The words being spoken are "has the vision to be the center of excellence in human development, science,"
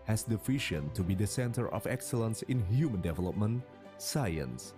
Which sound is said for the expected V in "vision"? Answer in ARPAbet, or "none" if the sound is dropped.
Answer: F